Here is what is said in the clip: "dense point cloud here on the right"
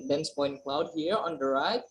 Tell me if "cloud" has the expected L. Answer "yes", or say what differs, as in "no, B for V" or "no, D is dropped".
yes